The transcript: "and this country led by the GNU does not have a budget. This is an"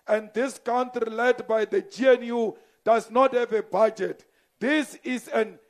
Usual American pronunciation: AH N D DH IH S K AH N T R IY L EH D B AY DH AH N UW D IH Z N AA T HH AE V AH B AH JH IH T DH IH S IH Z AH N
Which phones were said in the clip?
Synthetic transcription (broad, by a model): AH N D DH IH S K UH N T IY L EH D B AY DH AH N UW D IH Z N AA T HH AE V AH B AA JH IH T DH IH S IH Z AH N